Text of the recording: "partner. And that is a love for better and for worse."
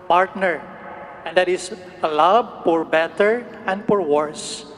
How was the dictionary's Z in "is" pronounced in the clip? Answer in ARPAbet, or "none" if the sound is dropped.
S